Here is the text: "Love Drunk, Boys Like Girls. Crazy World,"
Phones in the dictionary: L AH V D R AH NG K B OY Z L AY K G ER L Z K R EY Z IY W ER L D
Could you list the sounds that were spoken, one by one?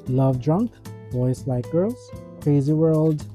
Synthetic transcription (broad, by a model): L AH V D R AH NG K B OY S L AY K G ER Z K R EY Z IY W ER L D